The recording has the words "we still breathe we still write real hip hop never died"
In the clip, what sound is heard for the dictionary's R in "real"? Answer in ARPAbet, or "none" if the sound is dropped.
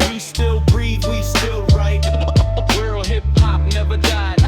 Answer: W